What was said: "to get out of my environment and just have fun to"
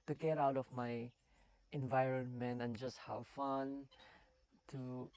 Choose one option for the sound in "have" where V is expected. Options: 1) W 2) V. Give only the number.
1